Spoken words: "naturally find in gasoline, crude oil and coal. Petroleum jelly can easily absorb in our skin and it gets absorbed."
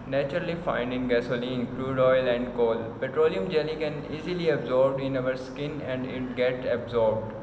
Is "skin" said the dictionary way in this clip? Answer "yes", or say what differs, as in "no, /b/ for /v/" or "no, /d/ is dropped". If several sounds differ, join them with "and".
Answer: yes